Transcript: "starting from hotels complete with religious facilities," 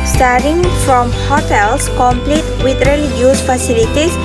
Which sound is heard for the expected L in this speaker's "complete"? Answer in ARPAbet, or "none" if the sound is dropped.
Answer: L